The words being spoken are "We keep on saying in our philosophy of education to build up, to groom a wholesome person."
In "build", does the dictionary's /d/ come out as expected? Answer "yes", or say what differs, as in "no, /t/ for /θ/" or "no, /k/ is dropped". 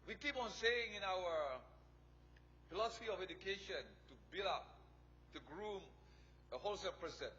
no, /d/ is dropped